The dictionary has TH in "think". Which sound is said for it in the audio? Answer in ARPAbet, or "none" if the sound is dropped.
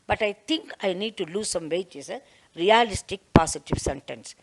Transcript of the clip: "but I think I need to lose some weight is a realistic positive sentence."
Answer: T